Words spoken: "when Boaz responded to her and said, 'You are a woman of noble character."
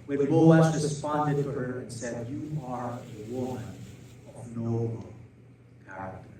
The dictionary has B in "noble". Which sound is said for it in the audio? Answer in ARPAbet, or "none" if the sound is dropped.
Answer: none